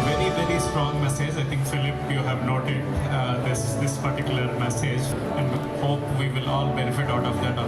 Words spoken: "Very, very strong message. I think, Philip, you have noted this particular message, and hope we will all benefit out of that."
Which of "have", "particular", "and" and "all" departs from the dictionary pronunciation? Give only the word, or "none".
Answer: none